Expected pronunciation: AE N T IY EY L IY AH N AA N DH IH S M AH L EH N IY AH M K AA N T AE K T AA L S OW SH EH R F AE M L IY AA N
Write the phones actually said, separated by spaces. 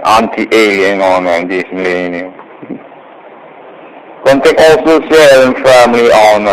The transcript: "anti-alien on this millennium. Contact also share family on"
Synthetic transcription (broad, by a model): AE N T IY EY L IY AH N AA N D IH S M AH L EH N IY AH M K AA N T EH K AA L S OW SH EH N F AE M L IY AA N